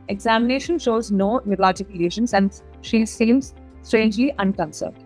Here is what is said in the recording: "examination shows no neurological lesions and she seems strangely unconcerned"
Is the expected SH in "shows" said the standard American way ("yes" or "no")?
yes